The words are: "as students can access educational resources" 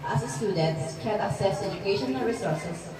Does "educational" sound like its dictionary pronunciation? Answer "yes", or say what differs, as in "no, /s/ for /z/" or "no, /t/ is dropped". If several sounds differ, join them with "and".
no, /n/ is dropped and /n/ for /l/